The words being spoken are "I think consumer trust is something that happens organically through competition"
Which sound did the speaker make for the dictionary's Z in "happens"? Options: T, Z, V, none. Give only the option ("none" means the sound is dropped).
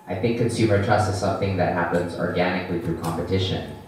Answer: Z